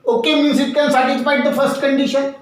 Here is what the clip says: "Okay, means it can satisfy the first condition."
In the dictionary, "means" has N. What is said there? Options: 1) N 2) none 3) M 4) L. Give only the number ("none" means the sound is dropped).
2